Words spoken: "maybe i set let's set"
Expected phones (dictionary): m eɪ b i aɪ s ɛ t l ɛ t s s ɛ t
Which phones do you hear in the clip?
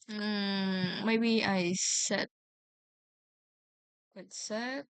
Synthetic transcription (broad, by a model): m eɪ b i aɪ s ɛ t w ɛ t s s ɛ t